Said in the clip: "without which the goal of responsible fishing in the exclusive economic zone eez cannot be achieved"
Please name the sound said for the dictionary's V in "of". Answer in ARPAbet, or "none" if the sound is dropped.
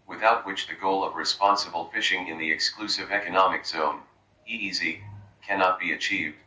V